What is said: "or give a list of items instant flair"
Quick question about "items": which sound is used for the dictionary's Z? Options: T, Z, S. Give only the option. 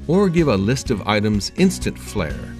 Z